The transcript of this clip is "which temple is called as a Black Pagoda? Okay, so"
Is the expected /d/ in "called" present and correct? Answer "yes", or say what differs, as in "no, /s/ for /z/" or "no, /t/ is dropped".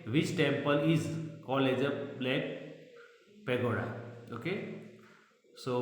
no, /d/ is dropped